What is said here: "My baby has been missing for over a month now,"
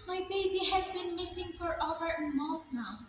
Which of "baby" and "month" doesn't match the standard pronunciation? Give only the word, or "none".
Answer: month